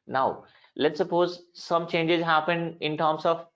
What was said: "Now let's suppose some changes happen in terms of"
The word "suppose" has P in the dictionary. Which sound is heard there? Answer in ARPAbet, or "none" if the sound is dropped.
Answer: P